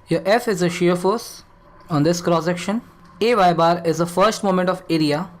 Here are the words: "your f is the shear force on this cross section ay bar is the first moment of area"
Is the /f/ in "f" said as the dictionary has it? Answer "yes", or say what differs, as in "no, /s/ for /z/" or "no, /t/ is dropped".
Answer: yes